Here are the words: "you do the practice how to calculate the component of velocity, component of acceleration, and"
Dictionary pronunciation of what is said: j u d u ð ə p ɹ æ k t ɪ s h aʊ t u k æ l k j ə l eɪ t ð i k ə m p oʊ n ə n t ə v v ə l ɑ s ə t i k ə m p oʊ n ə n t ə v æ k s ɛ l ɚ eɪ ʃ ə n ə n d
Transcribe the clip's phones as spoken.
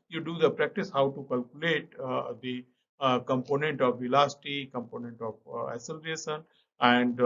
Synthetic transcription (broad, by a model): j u d u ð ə p ɹ æ k t ɪ s h aʊ t u k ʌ l k j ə l eɪ t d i k ə m p oʊ n ə n t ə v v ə l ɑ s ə t i k ə m p oʊ n ə n t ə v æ s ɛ l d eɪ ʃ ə n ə n d